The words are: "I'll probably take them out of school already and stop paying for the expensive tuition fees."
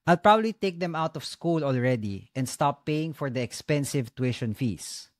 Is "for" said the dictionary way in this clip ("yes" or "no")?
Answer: yes